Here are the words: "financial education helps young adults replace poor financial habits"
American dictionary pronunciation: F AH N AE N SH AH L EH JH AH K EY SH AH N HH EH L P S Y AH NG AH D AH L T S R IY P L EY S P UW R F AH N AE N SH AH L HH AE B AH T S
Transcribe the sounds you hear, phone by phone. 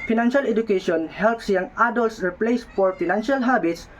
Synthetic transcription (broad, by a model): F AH N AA N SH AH L EH JH AH K EY SH AH N HH EH L P S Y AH NG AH D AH L T S R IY P L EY S F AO R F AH N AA N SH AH L HH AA B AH T S